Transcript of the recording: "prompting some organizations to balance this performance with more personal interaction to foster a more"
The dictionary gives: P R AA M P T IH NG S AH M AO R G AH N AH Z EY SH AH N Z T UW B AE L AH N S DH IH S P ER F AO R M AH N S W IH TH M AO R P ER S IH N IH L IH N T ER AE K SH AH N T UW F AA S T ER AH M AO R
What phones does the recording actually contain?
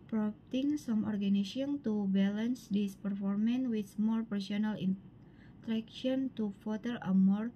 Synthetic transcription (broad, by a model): P R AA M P T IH NG S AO M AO R G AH N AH S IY AH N T UW B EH L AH N S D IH S P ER F AO R M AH N W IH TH M AO R P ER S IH N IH L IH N T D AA K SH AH N T UW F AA T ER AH M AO R